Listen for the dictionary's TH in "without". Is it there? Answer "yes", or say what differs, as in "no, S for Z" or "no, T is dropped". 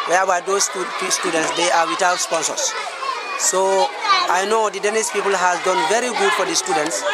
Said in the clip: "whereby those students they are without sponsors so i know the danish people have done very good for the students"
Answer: no, T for TH